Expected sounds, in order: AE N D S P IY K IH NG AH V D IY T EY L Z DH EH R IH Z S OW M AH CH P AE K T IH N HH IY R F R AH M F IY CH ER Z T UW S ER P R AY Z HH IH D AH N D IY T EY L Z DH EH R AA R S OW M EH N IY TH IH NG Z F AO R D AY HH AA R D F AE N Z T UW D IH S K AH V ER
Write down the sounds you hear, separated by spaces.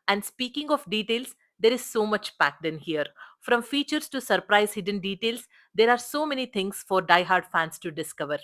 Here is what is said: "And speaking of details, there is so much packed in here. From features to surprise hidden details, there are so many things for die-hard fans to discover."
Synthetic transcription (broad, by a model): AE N D S P IY K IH NG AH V D IY T EY L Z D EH R IH Z S OW M AH CH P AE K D IH N HH IY R F R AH M F IY CH ER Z T UW S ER P R AY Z HH IH D AH N D IY T EY L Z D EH R AA R S OW M EH N IY T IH NG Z F AO R D AY HH AA R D F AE N S T UW D IH S K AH V ER